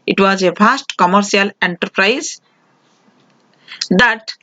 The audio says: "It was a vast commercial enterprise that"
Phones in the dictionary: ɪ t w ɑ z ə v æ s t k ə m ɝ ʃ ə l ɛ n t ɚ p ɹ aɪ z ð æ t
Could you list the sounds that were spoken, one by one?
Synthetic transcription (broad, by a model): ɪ t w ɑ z ə f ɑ s t k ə m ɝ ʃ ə l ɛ n t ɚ p ɹ aɪ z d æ t